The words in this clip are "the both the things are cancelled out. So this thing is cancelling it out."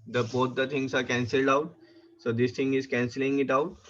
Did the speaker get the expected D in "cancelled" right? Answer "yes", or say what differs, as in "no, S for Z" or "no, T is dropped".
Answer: yes